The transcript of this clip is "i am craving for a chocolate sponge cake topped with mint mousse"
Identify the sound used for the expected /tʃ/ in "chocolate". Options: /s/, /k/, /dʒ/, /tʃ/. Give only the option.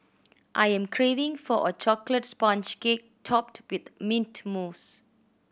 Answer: /tʃ/